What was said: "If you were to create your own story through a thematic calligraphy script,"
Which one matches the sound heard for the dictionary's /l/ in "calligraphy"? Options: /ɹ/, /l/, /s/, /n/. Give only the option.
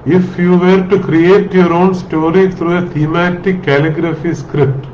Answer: /l/